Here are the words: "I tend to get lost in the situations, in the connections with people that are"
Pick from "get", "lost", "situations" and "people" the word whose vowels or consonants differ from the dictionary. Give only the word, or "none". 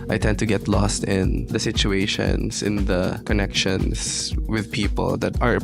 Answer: situations